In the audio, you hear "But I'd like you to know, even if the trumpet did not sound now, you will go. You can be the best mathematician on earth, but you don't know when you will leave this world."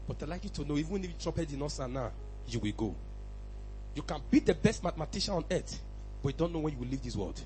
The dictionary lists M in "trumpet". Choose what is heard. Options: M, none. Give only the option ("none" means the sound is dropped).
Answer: none